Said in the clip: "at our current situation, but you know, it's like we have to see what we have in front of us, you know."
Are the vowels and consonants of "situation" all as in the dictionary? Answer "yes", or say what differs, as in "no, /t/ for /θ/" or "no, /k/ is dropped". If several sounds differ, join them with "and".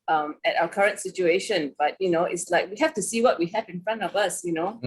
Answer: yes